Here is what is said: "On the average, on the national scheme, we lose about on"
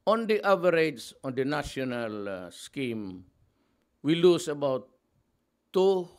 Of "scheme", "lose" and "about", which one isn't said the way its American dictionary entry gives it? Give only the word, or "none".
lose